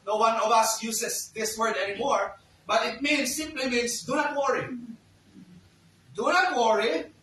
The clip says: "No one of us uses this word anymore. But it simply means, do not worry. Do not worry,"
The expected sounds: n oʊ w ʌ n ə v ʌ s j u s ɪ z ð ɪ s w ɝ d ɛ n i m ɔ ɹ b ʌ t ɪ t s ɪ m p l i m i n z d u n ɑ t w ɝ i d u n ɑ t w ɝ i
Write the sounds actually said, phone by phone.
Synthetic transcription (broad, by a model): n oʊ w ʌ n ə v ʌ s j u s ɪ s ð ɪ s w ɝ d ɛ n i m ɔ ɹ b ʌ t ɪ t s ɪ m p l i m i n s d u n ɑ t w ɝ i d u n ɑ t w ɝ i